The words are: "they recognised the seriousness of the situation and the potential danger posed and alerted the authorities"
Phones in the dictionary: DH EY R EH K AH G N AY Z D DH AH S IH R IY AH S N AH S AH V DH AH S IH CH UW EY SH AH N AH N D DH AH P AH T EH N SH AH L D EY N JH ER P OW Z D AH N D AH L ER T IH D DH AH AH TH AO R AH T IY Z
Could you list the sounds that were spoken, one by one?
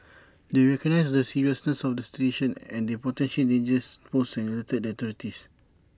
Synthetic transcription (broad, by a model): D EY R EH K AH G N AY S D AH S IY R IY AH S N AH S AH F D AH S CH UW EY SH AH N AH N D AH P AH T EH N SH AH L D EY N JH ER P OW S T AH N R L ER T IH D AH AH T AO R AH T IY S